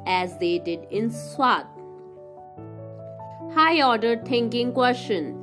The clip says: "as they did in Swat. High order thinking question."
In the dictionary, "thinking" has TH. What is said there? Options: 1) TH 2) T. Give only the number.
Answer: 2